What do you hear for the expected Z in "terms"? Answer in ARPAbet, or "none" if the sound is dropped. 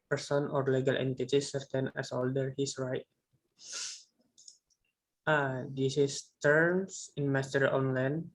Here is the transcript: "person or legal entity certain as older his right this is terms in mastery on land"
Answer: S